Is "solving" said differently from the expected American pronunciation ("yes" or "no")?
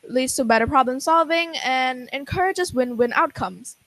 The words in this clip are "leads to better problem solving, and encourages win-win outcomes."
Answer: no